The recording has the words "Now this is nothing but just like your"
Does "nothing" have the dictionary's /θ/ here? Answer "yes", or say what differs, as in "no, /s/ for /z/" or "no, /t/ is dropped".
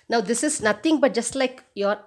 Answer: no, /t/ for /θ/